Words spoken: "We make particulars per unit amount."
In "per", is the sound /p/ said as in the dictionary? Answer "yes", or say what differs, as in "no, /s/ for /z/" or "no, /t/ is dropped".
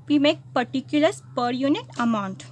yes